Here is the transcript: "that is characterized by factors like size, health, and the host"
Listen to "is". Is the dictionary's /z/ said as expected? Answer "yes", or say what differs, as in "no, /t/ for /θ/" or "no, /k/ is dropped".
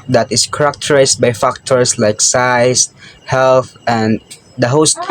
no, /s/ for /z/